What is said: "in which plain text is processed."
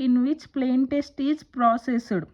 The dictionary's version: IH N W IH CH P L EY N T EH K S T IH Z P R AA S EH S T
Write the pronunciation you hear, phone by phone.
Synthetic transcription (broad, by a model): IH N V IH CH P L EY N T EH S T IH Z P R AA S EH S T